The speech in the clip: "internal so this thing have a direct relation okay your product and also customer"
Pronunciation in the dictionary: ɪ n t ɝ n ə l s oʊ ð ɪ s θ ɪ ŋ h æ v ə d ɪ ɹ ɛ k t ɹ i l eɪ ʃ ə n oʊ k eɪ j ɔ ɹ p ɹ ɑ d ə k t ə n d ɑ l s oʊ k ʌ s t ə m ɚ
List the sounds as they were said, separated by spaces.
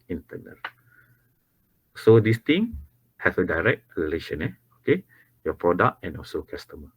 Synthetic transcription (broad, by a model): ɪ n t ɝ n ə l s oʊ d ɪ s t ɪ ŋ h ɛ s ə d ɪ ɹ ɛ k t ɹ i l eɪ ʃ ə n oʊ k eɪ j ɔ p ɹ ɑ d ə k t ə n ɑ l s oʊ k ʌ s t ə m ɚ